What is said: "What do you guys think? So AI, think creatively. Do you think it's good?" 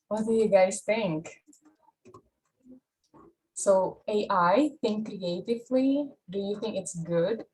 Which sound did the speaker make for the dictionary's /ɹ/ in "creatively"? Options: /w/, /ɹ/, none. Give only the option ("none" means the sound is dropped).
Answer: /ɹ/